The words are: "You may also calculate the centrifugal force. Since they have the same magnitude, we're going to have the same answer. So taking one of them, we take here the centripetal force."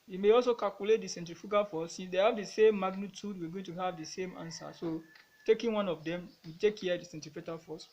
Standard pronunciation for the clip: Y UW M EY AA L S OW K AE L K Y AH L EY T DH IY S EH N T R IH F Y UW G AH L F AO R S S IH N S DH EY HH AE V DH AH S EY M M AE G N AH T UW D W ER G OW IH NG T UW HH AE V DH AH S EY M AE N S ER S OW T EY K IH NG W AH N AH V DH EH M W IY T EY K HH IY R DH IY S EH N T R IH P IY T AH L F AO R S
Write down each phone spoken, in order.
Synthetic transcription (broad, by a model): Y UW M EY AA L S OW K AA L K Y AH L EY T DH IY S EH N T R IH F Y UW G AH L F AO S S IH N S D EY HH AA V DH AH S EY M M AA G N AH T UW D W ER G OW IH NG T UW HH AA V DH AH S EY M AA N S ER S OW T EY K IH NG W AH N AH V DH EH M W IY T EY K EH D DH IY S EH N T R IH F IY T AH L F AO S